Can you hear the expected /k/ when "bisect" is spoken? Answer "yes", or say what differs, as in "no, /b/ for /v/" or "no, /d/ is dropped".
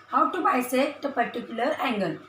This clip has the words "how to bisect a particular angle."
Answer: no, /k/ is dropped